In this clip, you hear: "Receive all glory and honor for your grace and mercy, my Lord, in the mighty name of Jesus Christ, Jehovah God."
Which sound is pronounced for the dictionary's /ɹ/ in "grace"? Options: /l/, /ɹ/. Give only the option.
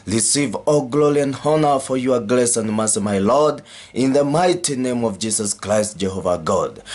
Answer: /l/